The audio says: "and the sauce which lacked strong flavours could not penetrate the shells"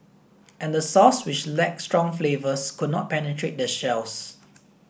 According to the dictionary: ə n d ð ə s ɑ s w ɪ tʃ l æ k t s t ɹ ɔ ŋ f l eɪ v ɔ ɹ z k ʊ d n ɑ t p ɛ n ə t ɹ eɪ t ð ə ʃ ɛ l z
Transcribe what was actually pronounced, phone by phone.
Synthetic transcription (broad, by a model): ə n d ə s ɑ s w ɪ tʃ l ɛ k s t ɹ ɔ ŋ f l eɪ v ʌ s k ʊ d n ɑ t p ɛ n ə t ɹ eɪ t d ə ʃ ɛ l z